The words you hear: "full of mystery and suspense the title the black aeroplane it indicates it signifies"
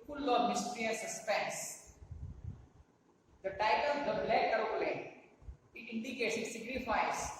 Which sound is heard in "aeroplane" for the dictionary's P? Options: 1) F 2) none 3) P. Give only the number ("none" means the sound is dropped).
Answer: 2